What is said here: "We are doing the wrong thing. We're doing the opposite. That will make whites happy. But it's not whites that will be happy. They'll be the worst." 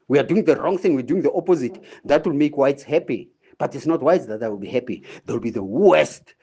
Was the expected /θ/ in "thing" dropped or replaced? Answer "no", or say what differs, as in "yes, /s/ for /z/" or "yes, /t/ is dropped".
no